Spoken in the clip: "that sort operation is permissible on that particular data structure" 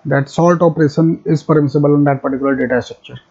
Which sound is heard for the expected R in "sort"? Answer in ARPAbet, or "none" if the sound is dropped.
L